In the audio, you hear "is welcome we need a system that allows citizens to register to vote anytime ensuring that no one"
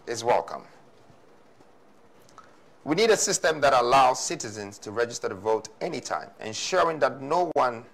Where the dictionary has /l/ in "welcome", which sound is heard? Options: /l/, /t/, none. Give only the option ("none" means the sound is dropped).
/l/